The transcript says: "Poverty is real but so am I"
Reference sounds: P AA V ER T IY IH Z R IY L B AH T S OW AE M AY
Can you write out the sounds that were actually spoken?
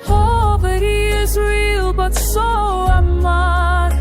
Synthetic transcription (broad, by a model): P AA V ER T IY IH Z R IY L B AH T S OW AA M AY